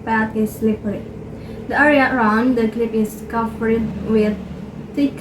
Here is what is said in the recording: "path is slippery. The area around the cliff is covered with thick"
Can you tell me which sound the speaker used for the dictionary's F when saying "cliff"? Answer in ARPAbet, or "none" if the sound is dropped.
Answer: P